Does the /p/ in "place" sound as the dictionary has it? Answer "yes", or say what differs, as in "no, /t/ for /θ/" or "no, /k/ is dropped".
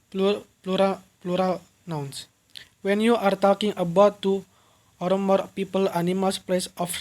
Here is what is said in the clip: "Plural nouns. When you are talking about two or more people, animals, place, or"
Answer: yes